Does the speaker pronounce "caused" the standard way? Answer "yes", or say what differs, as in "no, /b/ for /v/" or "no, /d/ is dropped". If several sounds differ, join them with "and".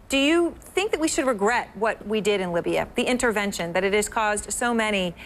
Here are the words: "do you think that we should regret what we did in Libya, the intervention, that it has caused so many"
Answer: yes